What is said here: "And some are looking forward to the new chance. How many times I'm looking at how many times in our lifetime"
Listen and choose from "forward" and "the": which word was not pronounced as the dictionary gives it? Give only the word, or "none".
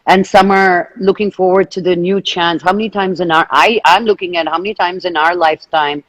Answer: none